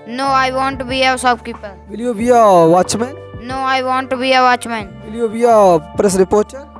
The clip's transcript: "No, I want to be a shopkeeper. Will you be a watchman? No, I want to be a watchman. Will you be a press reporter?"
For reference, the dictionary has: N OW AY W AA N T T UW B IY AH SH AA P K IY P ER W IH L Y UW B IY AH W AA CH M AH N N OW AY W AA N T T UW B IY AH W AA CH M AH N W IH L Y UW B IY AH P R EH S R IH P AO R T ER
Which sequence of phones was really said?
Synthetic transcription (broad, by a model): N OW AY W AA N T T UW B IY AH S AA B K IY P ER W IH L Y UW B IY AH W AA CH M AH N N OW AY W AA N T T UW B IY AH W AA CH M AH N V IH L Y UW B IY AH P R EH S R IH P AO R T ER